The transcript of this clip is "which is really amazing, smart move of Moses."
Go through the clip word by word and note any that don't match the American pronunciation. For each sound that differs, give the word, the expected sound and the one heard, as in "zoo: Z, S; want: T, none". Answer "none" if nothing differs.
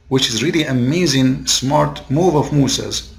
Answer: none